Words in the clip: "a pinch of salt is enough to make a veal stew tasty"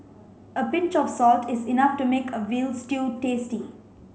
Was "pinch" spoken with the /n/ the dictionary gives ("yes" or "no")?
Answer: yes